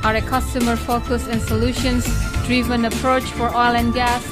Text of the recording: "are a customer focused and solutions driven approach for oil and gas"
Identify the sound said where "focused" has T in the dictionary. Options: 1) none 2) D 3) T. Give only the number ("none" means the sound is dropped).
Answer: 1